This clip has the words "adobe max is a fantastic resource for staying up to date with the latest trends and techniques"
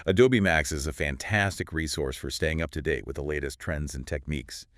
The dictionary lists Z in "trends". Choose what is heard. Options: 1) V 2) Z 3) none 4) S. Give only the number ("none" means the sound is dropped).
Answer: 2